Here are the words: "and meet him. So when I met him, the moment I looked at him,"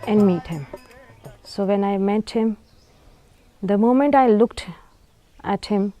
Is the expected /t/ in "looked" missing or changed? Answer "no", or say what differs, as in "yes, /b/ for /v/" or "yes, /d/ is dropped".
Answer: no